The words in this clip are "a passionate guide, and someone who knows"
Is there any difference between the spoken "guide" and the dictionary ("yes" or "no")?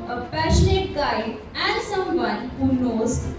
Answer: yes